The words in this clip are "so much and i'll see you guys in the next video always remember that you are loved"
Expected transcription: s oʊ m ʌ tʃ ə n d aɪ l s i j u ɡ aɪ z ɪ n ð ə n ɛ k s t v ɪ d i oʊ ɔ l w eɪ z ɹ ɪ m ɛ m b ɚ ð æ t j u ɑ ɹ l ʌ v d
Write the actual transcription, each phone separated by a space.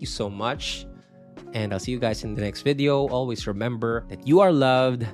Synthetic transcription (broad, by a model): s oʊ m ʌ tʃ ə n d aɪ l s i j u ɡ aɪ s ɪ n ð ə n ɛ k s t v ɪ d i oʊ ɔ l w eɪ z ɹ ɪ m ɛ m b ɚ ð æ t j u ɑ ɹ l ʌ v d